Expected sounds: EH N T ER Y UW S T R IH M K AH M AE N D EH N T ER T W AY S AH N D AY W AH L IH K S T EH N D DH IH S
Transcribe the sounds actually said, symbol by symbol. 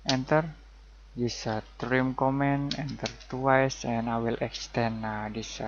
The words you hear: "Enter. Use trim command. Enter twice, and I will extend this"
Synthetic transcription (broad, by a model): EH N T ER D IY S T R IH M K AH M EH N EH N T ER T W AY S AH N AY W AH L IH K S T EH N D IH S